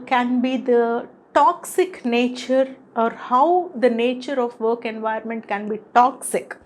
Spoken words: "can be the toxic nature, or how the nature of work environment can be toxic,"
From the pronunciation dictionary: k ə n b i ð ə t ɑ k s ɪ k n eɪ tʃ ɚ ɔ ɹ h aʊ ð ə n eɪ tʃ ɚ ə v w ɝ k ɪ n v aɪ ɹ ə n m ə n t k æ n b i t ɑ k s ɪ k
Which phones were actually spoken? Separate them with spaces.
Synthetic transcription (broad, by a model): k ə n b i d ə t ɑ k s ɪ k n eɪ tʃ ɚ ɔ ɹ h aʊ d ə n eɪ tʃ ɚ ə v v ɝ k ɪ n v aɪ ə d m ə n t k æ n b i t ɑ k s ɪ k